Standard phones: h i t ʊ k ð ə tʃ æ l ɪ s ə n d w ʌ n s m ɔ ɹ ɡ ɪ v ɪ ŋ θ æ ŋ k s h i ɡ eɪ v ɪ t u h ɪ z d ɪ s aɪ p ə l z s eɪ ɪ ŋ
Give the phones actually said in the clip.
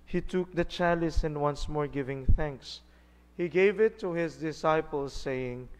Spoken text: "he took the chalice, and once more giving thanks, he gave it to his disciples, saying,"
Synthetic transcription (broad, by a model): h i t ʊ k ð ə tʃ æ l ɪ s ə n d w ʌ n s m ɔ ɹ ɡ ɪ v ɪ ŋ θ æ ŋ k s h i ɡ eɪ v ɪ t u h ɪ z d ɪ s aɪ p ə l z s eɪ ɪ ŋ